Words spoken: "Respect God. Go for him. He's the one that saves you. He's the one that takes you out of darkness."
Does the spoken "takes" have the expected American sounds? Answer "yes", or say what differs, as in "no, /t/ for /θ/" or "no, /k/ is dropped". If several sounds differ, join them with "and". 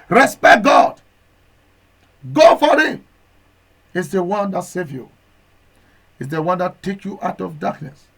no, /s/ is dropped